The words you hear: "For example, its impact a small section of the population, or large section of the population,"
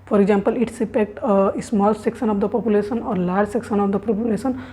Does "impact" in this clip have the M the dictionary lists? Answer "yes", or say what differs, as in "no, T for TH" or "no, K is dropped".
no, M is dropped